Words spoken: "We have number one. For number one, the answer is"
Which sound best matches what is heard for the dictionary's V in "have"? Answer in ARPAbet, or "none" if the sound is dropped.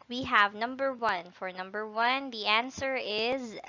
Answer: V